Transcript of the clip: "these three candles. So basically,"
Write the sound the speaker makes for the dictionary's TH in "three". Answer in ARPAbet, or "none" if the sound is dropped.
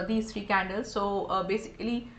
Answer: T